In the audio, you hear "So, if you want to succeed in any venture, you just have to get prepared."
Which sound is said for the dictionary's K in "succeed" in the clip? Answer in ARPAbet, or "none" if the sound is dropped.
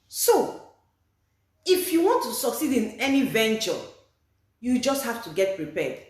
K